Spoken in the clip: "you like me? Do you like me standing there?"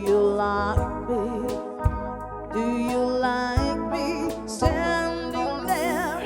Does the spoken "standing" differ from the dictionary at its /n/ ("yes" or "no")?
no